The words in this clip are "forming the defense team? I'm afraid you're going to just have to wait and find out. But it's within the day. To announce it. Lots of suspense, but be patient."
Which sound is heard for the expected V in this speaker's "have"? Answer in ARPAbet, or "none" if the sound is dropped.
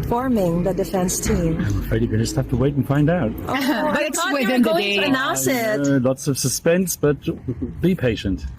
F